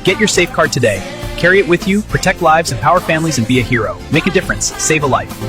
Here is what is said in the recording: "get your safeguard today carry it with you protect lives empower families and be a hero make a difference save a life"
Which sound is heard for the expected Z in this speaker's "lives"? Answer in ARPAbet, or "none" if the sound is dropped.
Z